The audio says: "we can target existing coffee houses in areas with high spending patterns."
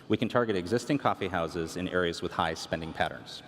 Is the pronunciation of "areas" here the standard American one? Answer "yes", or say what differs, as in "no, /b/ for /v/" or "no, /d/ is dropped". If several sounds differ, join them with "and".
yes